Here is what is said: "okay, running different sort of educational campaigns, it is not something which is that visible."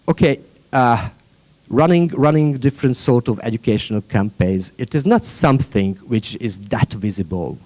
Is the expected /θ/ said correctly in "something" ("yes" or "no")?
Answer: yes